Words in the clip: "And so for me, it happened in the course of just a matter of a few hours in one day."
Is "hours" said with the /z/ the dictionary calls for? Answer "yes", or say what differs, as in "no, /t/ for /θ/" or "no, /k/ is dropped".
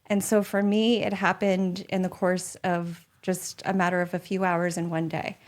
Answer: yes